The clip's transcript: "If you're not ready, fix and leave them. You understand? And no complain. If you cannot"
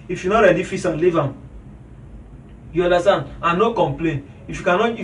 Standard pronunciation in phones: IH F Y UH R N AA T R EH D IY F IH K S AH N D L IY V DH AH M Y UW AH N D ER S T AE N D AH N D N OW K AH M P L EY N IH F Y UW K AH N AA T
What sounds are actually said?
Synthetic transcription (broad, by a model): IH F Y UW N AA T R EH D IY F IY S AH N L IY V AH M Y UW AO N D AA S T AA N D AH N N OW K AH M P L EY N IH F Y UW K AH N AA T